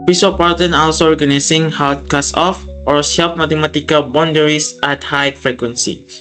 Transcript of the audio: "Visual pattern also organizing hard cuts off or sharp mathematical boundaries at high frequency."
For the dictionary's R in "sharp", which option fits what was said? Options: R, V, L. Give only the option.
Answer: L